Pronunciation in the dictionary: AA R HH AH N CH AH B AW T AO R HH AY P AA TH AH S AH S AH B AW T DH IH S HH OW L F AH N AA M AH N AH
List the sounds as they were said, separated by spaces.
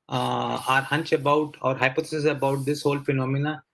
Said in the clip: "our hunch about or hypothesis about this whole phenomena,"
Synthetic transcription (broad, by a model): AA R HH AH N CH AH B AW T AO R HH AY P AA T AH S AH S AH B AW T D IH S HH OW L F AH N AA M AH N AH